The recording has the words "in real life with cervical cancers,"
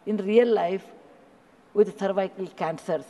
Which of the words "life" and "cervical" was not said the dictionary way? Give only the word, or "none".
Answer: cervical